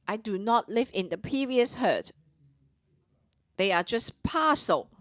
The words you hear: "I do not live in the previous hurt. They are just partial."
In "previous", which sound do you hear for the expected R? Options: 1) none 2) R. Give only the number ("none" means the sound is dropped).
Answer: 1